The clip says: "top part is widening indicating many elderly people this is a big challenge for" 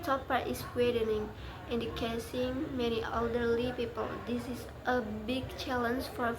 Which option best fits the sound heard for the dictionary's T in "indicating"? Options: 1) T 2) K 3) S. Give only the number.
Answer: 3